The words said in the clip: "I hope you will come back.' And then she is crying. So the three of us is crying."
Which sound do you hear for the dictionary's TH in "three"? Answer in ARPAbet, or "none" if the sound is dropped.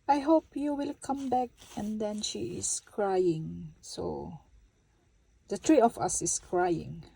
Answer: T